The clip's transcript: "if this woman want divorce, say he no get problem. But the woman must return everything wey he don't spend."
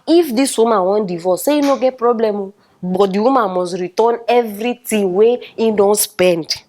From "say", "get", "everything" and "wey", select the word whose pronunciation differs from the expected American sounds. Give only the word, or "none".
everything